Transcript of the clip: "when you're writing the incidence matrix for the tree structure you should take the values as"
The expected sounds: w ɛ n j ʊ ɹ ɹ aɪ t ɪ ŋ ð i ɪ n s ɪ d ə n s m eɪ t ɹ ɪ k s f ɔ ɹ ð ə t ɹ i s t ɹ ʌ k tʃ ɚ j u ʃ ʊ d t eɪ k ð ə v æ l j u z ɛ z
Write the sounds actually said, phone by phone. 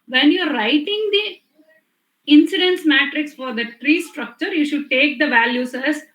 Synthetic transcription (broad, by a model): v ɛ n j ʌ ɹ ɹ aɪ t ɪ ŋ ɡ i ɪ n s ɪ d ə n s m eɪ t ɹ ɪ k s f ɔ ɹ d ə t ɹ i s t ɹ ʌ k tʃ ɚ j u ʃ ʊ d t eɪ k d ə v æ l j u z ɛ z